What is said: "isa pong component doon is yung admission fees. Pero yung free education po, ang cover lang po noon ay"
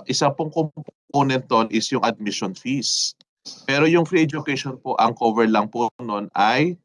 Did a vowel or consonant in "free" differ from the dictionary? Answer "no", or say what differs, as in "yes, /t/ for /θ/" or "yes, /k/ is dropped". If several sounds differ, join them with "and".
no